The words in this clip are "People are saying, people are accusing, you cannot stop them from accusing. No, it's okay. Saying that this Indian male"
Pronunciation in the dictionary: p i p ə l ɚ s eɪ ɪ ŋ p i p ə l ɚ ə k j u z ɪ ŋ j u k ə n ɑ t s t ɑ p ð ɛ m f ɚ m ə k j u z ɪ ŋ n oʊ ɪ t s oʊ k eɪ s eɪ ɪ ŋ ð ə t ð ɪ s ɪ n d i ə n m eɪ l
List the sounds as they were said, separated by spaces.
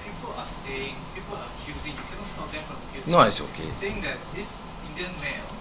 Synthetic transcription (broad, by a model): p i p ə l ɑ s eɪ ɪ ŋ p i p ə l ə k j u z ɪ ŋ j u k ə n ɑ t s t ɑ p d ɛ m p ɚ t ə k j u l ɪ n oʊ ɪ t s oʊ k eɪ s eɪ ɪ ŋ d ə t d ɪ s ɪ n d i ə n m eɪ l